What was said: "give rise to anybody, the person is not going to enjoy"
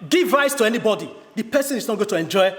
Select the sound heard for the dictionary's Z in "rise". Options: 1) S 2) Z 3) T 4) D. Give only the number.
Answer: 1